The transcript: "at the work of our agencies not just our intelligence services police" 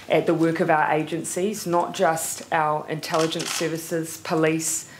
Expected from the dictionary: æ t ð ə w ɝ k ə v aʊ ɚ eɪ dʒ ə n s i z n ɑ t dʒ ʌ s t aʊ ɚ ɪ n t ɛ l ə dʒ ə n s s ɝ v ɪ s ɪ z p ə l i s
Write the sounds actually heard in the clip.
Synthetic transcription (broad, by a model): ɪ t ð ə w ɝ k ə v aʊ ɚ eɪ dʒ ə n s i z n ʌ t dʒ ʌ s t aʊ ɚ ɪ n t ɛ l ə dʒ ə n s s ɝ v ɪ s ɪ z p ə l i s